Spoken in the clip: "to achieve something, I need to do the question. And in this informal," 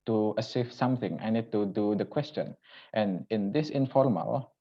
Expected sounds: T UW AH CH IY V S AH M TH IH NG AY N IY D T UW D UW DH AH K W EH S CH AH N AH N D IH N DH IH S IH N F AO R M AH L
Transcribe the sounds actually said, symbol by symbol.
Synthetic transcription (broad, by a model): T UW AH S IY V S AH M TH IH NG AY N IY D T UW D UW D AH K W EH S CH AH N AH N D IH N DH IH S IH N F AO R M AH L